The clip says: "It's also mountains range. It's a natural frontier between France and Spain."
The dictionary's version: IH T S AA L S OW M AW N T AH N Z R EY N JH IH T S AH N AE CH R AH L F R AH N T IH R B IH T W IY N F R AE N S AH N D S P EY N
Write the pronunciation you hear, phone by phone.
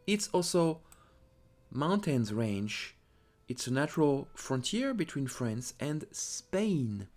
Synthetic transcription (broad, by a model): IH T S AA L S OW M AW N T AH N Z R EY N JH IH T S AH N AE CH R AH L F R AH N T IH R B IH T W IY N F R AE N S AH N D S P EY N